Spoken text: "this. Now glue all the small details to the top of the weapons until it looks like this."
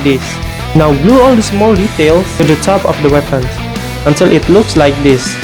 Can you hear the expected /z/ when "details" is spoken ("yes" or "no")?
no